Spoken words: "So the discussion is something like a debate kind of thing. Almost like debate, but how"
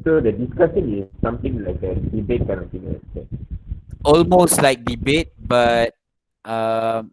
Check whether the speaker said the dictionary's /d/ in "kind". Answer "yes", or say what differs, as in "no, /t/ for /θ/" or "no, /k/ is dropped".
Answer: no, /d/ is dropped